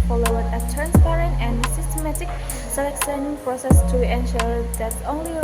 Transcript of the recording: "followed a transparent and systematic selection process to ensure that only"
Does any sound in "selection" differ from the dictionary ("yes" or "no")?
yes